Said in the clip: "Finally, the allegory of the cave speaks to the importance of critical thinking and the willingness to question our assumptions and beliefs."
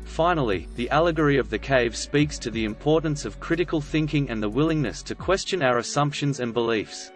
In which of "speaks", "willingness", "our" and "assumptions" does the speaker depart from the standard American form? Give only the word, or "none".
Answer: none